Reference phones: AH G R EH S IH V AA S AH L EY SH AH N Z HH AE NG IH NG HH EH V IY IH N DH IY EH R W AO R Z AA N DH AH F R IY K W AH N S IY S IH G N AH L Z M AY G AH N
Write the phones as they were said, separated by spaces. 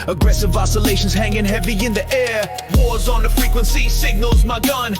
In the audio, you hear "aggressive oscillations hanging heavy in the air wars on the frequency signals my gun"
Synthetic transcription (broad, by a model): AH G R EH S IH V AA S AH L EY SH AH N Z HH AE NG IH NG HH EH V IY IH N DH IY EH R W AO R Z N DH AH F R IY K W AH N S IY S IH G N AH L Z M AY G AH N